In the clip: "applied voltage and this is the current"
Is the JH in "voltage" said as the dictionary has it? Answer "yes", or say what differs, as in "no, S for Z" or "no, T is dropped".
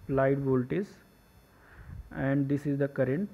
no, Z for JH